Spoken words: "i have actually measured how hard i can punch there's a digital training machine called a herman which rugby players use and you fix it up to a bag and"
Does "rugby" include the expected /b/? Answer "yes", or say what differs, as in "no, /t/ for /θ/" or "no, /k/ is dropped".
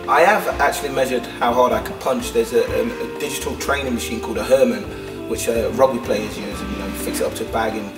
no, /b/ is dropped